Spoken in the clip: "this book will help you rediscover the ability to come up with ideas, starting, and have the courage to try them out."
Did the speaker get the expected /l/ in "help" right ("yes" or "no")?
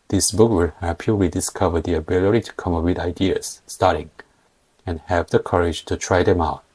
no